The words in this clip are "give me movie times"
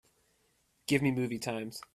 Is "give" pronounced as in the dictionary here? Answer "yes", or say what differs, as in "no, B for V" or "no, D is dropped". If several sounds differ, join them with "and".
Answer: yes